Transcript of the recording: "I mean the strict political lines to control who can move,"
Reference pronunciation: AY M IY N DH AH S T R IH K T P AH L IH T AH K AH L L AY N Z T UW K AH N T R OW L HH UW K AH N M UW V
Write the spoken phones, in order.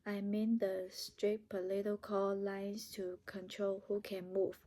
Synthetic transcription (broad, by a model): AY M IY N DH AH S T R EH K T P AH L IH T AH K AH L L AY N S T UW K AH N T R OW L HH UW K AH N M UW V